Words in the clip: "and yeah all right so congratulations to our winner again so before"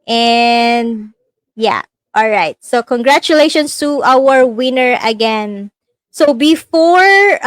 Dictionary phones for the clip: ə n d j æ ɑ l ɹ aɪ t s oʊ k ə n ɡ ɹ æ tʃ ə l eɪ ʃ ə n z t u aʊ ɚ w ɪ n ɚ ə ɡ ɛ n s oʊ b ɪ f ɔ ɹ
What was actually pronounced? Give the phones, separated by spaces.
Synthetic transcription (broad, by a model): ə n d j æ ɑ l ɹ aɪ t s oʊ k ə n ɡ ɹ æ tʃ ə l eɪ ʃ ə n s t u aʊ ɚ w ɪ n ɚ ə ɡ ɛ n s oʊ b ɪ f ɔ ɹ